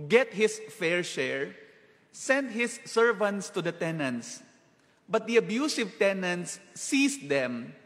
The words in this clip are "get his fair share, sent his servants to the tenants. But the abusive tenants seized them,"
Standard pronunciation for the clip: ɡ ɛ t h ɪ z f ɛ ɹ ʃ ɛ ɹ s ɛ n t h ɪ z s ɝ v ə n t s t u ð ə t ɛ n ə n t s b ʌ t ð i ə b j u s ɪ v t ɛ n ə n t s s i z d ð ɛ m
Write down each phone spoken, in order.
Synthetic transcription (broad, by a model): ɡ ɛ t h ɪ s f ɛ ɹ ʃ ɛ ɹ s ɛ n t h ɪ s ɝ v ə n t s t u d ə t ɛ n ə n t s b ʌ t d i ə b j u s ɪ v t ɛ n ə n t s s i s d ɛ m